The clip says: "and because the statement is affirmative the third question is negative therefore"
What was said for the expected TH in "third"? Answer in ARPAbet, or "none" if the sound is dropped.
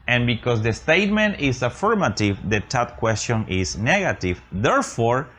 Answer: T